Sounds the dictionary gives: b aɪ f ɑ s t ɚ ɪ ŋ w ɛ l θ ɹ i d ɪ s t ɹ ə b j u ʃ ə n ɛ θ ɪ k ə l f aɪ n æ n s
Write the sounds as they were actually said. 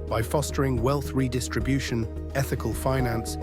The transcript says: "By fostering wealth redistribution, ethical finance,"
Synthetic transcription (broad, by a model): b aɪ f ɑ s t ɚ ɪ ŋ w ɛ l θ ɹ i d ɪ s t ɹ ə b j u ʃ ə n ɛ θ ɪ k ə l f aɪ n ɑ n s